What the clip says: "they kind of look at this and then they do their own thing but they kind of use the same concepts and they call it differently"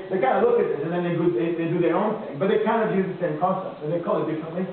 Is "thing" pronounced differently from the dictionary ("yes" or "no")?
no